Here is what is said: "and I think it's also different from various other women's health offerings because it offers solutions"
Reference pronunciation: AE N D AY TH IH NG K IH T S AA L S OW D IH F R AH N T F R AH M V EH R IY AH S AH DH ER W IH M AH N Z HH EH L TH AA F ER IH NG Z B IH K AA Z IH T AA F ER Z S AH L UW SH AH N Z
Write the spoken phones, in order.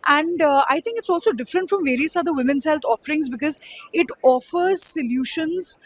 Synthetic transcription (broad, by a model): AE N D AY T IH NG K IH T S AA L S OW D IH F R AH N T F R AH M V EH R IY AH S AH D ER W IH M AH N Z HH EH L T AA F ER IH NG Z B IH K AA Z IH T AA F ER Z S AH L UW SH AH N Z